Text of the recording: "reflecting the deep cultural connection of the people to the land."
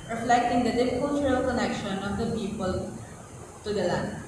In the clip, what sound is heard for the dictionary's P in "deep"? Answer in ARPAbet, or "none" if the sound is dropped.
F